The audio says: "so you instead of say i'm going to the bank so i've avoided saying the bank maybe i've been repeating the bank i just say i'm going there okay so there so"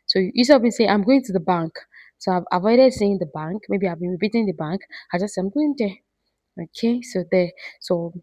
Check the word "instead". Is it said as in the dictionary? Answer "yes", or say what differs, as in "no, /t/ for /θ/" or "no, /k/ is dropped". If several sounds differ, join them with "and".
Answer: no, /n/ is dropped